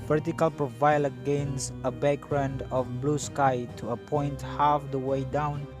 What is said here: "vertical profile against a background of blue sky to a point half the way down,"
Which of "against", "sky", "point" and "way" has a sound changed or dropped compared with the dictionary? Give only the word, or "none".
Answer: against